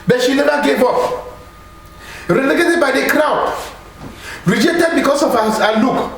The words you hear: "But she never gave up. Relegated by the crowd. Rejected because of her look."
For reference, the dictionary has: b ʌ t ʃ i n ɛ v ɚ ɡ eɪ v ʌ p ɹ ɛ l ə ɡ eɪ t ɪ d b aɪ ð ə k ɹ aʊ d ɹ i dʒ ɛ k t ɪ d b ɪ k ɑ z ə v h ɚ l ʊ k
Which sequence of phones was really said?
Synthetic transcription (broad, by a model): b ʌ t ʃ i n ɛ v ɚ ɡ eɪ v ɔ f ɹ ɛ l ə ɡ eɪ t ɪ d b aɪ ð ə k ɹ aʊ d ɹ i dʒ ɛ k t ɪ d b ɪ k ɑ s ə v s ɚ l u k